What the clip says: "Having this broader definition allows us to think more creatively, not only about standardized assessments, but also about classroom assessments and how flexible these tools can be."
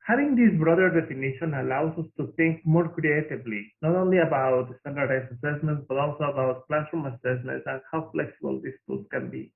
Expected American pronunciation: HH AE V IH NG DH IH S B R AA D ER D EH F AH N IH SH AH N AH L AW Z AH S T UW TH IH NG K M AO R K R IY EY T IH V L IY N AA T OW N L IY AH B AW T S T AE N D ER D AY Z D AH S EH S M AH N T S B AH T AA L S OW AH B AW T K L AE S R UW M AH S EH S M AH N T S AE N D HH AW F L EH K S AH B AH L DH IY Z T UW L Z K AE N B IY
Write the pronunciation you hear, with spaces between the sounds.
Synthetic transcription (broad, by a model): HH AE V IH NG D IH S B R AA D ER D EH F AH N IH SH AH N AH L AW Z AH S T UW T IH NG K M AO R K R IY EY T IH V L IY N AA T OW N L IY AH B AW T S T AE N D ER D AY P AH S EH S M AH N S B AH T AA L S OW AH B AW T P L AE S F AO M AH S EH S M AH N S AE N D HH AW F L EH K S AH B AH L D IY S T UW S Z K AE N B IY